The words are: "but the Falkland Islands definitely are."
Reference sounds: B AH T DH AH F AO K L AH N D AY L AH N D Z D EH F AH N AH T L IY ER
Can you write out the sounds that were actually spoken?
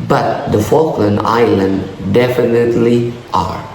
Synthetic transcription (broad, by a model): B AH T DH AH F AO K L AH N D AY L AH N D D EH F AH N AH T L IY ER